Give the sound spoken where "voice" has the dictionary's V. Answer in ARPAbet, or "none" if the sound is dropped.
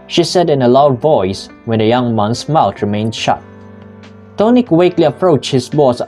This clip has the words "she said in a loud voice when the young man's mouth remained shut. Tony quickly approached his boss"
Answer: V